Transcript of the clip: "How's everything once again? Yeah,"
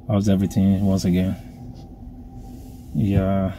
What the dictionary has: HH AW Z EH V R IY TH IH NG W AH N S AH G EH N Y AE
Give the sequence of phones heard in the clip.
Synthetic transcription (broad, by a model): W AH Z EH V R IY TH IH NG W AH N S AH G EH N Y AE